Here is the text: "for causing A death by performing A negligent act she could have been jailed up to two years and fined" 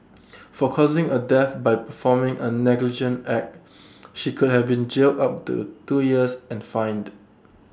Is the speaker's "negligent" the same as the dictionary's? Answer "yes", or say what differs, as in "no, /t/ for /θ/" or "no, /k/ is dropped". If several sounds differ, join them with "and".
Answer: yes